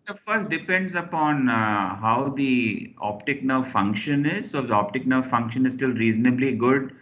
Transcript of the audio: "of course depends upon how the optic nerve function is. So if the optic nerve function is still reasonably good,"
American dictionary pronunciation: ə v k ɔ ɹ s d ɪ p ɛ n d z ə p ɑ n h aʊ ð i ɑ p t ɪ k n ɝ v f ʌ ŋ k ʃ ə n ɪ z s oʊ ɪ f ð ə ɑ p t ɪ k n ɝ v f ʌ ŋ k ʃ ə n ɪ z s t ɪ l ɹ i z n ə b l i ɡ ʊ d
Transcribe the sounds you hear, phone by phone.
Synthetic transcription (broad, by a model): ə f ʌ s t d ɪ p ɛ n d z ə p ɑ n h aʊ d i ɑ p t ɪ k n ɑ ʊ f ʌ ŋ k ʃ ə n ɪ z s oʊ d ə ɑ p t ɪ k n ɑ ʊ f ʌ ŋ k ʃ ə n ɪ z s t ɪ l ɹ i z n ə b l i ɡ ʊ d